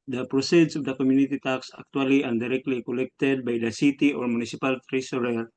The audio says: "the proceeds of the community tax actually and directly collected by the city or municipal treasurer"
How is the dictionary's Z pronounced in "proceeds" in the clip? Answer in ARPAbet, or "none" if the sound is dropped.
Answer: S